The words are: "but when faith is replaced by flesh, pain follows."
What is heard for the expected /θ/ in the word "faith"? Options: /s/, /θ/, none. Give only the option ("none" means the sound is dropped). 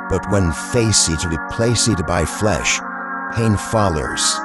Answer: /s/